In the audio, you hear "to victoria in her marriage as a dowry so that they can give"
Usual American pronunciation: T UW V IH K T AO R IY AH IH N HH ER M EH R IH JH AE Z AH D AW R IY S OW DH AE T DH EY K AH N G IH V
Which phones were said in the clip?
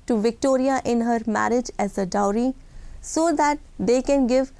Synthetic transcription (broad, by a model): T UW V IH K T AO R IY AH IH N HH ER M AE R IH JH AE Z AH D AW R IY S OW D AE T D EY K AH N G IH V